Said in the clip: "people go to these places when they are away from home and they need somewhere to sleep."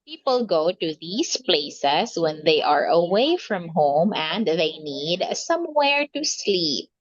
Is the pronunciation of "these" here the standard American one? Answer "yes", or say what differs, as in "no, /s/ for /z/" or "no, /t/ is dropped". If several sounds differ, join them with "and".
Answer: no, /s/ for /z/